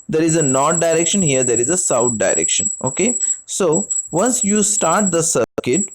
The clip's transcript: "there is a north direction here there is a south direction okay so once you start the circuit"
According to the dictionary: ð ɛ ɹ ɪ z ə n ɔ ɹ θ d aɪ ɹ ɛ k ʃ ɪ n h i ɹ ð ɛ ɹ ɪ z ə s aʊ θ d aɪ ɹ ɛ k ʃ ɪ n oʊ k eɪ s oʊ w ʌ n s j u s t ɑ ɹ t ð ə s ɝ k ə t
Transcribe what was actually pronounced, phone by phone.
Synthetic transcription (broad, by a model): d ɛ ɹ ɪ z ə n ɔ ɹ t d aɪ ɹ ɛ k ʃ ɪ n h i ɹ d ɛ ɹ ɪ z ə s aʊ t d aɪ ɹ ɛ k ʃ ɪ n oʊ k eɪ s oʊ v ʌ n s j u s t ɑ ɹ t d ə s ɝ k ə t